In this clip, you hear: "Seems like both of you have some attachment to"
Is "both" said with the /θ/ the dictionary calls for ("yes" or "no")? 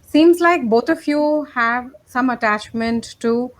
no